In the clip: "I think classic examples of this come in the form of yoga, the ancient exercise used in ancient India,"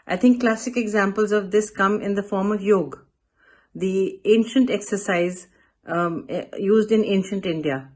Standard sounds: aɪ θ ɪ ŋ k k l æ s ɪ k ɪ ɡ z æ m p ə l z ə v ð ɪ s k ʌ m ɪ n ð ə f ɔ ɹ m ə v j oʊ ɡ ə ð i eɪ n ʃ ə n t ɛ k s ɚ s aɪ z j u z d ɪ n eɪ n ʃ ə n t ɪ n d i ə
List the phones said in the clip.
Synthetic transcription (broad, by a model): aɪ t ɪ ŋ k k l æ s ɪ k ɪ ɡ z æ m p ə l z ə v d ɪ s k ʌ m ɪ n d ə f ɔ ɹ m ə v j oʊ ɡ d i eɪ n ʃ ə n t ɛ k s ɚ s aɪ z j u z d ɪ n eɪ n ʃ ə n t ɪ n d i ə